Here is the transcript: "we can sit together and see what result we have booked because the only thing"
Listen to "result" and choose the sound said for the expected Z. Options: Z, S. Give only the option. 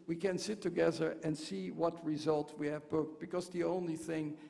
Z